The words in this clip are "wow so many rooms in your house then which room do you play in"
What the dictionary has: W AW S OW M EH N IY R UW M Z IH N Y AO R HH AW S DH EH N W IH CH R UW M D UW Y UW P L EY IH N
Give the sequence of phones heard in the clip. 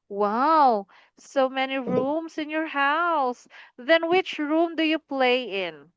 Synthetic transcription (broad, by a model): W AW S OW M EH N IY R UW M S IH N Y AO R HH AW S DH EH N W IH CH R UW M D UW Y UW P L EY IH N